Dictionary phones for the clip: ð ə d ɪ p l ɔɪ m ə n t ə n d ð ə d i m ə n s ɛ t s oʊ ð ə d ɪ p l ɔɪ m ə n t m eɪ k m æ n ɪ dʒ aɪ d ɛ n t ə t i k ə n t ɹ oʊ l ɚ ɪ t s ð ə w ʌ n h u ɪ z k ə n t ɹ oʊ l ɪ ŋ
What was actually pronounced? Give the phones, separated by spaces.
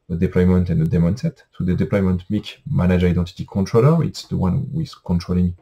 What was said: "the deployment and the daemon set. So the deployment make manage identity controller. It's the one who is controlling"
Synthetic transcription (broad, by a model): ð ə d ɪ p l ɔɪ m ə n t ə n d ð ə d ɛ m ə n s ɛ t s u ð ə d ɪ p l ɔɪ m ə n t m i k m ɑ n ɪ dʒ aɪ d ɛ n t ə t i k ə n t ɹ oʊ l ɚ ɪ t s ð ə w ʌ n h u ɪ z k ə n t ɹ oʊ l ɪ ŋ